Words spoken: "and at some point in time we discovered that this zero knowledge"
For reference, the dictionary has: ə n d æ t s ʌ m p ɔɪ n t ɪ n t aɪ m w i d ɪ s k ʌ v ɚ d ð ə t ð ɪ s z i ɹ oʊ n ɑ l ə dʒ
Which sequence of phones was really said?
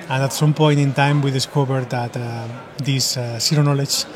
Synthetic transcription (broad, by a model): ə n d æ t s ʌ m p ɔɪ n t ɪ n t aɪ m w i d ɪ s k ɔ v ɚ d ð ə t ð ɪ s s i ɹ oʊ n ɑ l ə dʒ